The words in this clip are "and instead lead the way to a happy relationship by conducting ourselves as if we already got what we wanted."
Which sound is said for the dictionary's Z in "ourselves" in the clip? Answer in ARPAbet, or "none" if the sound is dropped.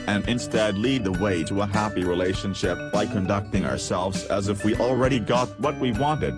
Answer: Z